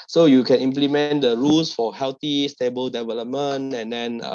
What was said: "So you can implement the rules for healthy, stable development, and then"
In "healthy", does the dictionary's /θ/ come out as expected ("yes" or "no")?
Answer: no